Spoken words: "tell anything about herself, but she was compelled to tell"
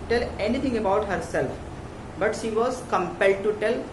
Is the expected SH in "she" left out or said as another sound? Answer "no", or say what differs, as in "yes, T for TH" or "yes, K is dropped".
no